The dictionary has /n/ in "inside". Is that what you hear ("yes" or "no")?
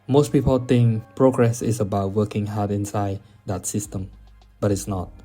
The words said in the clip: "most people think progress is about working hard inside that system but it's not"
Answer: yes